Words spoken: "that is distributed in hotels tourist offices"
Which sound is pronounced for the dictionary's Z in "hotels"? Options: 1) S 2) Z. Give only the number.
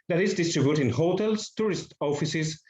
1